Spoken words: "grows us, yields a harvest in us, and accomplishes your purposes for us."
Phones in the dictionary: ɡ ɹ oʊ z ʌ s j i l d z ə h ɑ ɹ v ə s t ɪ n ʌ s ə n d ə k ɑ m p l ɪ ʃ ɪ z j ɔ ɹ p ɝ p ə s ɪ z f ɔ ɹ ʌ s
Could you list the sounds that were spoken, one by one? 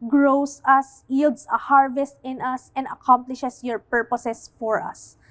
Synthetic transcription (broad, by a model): ɡ ɹ oʊ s ʌ s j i l d s ə h ɑ ɹ v ə s t ɪ n ʌ s ə n d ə k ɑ m p l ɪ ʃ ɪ s j ɔ ɹ p ɝ p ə s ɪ s f ɔ ɹ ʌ s